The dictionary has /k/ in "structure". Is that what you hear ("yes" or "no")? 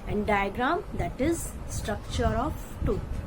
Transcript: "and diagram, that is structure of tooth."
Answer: yes